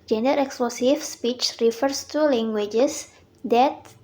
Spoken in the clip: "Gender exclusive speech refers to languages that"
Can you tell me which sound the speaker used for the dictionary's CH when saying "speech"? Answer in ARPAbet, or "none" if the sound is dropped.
CH